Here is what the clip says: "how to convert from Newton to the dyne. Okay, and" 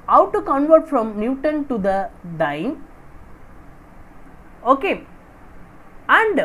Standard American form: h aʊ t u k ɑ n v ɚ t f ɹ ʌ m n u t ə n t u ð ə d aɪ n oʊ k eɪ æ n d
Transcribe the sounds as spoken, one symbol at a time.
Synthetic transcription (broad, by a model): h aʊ t u k ɑ n v ɚ t f ɹ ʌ m n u t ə n t u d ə d aɪ n oʊ k eɪ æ n d